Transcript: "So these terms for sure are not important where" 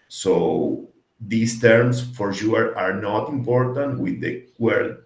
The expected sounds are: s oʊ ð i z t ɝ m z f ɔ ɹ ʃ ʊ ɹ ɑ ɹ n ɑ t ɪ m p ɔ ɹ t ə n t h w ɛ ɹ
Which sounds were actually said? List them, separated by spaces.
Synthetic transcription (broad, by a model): s oʊ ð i s t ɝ m s f ɔ ɹ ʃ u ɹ ɑ ɹ n ɑ t ɪ m p ɔ ɹ t ə n t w w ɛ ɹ